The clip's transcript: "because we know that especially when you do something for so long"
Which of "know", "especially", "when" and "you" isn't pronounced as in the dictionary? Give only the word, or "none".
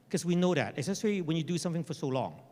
especially